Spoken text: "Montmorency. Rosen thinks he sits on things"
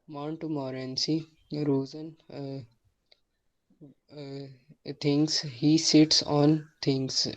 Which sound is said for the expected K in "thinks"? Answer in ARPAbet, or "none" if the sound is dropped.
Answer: none